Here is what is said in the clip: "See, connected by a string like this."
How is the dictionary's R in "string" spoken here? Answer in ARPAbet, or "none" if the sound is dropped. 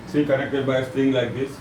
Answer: none